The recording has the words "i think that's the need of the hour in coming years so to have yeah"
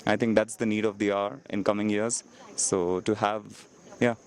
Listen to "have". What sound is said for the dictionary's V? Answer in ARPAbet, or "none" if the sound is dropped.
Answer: V